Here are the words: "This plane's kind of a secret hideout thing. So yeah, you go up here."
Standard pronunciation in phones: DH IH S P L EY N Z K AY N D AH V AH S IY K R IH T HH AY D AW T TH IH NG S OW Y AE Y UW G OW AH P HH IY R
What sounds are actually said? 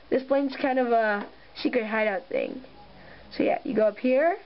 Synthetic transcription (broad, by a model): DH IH S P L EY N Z K AY N D AH V AH SH IY K IH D HH AY D AW T TH IH NG S OW Y AE Y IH G OW AH P HH IY R